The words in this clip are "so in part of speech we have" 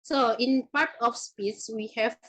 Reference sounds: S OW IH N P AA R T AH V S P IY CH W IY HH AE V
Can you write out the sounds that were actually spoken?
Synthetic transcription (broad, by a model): S OW IH N P AA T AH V S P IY S W IY HH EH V